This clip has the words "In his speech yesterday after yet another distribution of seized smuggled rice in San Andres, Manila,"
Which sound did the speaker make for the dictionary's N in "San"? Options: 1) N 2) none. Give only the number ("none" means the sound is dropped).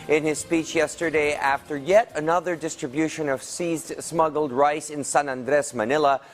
1